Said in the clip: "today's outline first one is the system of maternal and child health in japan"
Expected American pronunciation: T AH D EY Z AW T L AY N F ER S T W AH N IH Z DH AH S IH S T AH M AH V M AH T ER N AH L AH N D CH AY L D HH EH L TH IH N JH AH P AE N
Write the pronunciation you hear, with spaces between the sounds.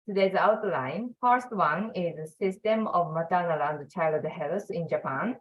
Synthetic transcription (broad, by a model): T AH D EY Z AW T L AY N F ER S T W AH N IH Z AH S IH S T AH M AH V M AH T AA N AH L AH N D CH AY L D HH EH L S IH N JH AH P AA N